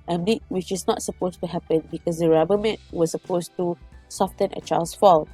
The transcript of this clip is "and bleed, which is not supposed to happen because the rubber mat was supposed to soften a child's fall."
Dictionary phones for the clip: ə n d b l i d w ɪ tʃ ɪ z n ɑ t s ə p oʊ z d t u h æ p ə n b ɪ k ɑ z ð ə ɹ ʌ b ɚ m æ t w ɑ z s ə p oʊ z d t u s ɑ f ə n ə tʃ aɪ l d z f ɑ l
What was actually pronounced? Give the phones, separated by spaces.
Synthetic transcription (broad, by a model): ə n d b i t w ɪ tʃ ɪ s n ɑ t s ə p oʊ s t u h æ p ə n b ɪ k ɑ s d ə ɹ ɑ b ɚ m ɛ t w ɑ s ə p oʊ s t u s ɑ f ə n ə tʃ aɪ l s f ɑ l